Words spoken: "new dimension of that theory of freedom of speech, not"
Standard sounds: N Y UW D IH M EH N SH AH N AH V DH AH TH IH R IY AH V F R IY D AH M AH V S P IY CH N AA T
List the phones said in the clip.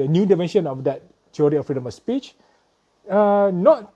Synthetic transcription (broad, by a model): N Y UW D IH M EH N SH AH N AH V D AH T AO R IY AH F R IY D AH M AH S P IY CH N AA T